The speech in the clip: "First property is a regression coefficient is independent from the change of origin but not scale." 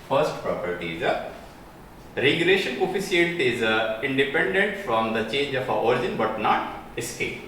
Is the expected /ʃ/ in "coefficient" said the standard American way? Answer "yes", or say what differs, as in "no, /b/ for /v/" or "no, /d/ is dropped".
no, /s/ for /ʃ/